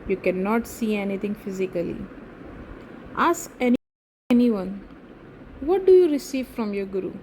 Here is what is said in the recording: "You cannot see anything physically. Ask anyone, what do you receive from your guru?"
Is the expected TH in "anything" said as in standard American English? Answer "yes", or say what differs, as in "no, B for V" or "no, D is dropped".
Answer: no, T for TH